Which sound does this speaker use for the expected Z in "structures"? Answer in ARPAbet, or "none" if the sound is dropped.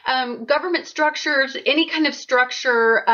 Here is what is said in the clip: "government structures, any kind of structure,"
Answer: Z